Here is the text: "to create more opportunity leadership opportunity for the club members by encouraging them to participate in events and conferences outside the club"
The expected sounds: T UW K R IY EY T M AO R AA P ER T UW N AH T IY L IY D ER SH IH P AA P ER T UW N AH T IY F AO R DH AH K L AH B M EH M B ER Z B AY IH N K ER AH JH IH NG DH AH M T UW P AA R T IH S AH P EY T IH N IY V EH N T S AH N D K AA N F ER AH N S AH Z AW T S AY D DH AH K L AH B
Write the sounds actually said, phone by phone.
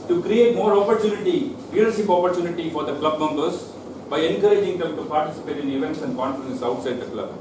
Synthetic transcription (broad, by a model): T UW K R IY EY T M AO R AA P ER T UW N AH T IY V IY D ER S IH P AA P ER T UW N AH T IY F AO R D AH K L AH B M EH M B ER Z B AY IH N K ER AH JH IH NG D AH M T UW P AA R T IH S AH P EY T IH N IY V EH N T S AH N D K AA N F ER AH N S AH UH T S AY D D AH K L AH B